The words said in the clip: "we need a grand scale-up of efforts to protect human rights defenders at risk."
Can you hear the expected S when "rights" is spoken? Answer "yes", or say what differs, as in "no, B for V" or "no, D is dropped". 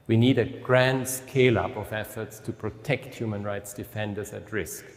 yes